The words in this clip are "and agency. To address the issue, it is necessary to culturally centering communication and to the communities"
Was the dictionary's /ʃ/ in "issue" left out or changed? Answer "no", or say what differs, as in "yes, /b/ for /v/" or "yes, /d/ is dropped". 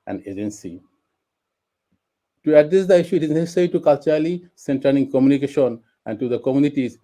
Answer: no